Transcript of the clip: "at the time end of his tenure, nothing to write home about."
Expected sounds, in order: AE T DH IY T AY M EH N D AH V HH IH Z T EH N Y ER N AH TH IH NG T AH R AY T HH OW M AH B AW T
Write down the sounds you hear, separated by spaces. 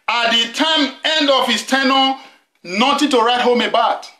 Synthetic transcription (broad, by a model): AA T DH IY T AY M EH N D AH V HH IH S T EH N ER N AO T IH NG T AH R AY T HH OW M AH B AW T